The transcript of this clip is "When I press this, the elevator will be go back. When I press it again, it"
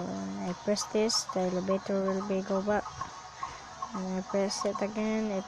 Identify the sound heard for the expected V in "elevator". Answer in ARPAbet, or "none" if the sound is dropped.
B